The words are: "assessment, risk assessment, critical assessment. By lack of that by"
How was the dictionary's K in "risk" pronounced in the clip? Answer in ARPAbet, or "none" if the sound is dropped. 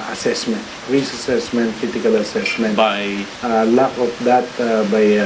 none